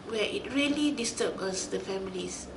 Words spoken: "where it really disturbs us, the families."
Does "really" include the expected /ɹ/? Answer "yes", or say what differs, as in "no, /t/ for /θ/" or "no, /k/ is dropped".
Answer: yes